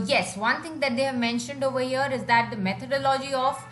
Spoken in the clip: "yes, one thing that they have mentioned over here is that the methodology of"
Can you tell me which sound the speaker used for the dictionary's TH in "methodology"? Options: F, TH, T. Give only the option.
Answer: T